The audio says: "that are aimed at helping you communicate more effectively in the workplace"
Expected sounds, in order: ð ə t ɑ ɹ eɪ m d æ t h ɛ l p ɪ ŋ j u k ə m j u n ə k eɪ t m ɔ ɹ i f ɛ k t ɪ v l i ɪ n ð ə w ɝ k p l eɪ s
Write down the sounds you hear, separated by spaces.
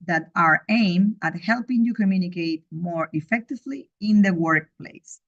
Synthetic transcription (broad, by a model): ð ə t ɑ ɹ eɪ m æ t h ɛ l p ɪ ŋ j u k ə m j u n ə k eɪ t m ɔ ɹ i f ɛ k t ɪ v l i ɪ n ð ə w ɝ k p l eɪ s